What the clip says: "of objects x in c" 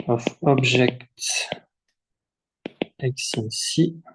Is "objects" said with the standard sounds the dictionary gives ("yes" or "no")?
no